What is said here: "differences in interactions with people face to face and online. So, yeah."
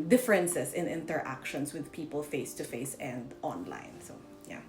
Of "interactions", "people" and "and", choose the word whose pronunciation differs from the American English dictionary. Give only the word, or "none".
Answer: interactions